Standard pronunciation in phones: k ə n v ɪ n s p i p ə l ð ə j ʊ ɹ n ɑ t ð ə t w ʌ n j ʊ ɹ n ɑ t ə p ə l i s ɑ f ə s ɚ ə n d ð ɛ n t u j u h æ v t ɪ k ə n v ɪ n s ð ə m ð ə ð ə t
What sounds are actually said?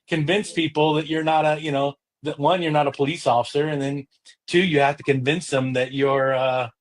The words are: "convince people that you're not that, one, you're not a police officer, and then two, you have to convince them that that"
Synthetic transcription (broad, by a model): k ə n v ɪ n s p i p l ð ə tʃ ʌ ɹ n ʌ t ð ə t w ʌ n j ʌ ɹ n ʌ t ə p ə l i s ɑ f ə s ɚ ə n ð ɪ n t u j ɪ h æ f t ɪ k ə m v ɪ n s ð ə m ð ə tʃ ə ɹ